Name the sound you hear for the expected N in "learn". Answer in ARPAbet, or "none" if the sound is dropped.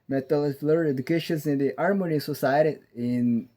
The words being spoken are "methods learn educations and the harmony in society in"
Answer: none